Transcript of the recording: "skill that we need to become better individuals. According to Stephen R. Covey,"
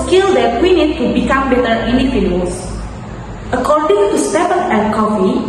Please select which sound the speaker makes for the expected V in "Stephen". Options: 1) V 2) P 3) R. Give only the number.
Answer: 2